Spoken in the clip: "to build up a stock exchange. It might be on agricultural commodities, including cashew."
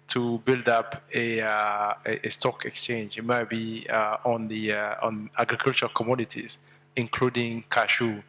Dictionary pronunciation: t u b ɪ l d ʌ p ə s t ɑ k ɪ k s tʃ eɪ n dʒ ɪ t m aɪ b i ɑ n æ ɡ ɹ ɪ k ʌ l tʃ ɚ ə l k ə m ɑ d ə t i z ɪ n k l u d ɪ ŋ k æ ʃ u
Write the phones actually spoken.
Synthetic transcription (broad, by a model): t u b ɪ l d ʌ p ə s t ɑ k ɪ k s tʃ eɪ n dʒ ɪ t m aɪ b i ɑ n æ ɡ ɹ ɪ k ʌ l tʃ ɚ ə k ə m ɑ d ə t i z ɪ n k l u d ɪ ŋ k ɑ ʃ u